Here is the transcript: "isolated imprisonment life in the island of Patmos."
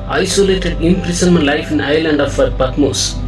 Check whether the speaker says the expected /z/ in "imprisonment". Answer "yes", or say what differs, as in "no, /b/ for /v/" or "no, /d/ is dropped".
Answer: no, /s/ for /z/